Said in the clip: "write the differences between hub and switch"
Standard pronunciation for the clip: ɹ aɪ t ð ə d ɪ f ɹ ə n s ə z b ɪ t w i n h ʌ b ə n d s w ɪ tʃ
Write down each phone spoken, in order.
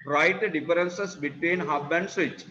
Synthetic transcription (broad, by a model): ɹ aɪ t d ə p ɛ ɹ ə n s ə s b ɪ t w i n h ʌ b ə n d s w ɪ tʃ